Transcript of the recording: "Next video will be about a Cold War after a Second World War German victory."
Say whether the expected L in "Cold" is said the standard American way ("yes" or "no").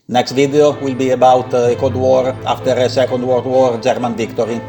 no